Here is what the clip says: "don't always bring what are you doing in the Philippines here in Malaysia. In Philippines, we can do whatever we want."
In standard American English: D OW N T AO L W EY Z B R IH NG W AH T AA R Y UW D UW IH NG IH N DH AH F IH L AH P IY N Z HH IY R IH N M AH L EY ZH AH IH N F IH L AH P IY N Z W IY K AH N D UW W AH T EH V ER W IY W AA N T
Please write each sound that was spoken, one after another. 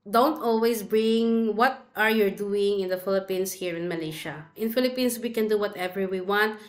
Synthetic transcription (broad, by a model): D OW N T AO L W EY S B R IH NG W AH T AA R Y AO D UW IH NG IH N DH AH F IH L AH P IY N S HH IY R IH N M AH L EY SH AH IH N F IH L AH P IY N S W IY K AH N D UW W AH T EH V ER W IY W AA N T